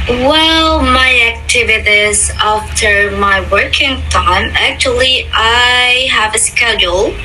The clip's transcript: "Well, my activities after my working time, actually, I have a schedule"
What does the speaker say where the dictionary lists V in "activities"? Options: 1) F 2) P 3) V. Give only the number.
3